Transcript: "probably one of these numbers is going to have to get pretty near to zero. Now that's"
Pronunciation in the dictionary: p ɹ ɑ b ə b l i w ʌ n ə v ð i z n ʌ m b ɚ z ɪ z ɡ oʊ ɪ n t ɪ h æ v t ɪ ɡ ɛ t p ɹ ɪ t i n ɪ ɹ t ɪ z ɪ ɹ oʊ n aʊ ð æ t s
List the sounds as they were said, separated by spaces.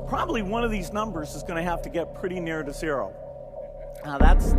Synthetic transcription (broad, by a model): p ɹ ɑ b ə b l i w ʌ n ə v ð i z n ʌ m b ɚ z ɪ z ɡ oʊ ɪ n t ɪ h æ f t ɪ ɡ ɛ t p ɹ ɪ t i n ɪ ɹ t ɪ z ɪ ɹ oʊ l ð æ t s